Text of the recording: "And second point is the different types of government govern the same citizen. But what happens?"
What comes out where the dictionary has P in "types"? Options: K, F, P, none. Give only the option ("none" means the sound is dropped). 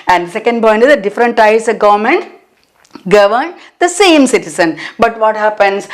none